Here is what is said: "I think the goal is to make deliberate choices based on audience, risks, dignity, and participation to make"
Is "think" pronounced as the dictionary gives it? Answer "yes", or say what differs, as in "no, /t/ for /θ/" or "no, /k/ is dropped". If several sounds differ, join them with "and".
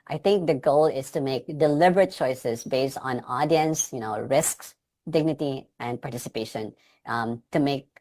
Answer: no, /t/ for /θ/